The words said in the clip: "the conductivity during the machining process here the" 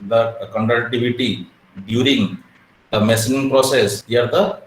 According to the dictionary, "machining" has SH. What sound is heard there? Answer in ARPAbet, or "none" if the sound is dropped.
S